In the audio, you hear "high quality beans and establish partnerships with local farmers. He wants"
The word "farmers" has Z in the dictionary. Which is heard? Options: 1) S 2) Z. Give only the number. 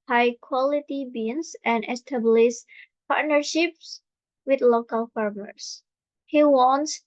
1